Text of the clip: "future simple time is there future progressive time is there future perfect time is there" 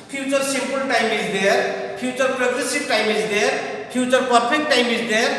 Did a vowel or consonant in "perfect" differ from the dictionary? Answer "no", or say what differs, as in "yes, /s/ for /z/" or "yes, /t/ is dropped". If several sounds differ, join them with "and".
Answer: yes, /p/ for /f/